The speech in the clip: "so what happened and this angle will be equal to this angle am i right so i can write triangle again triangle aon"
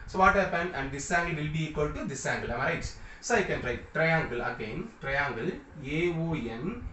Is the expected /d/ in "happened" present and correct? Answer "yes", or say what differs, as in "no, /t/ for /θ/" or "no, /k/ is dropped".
no, /d/ is dropped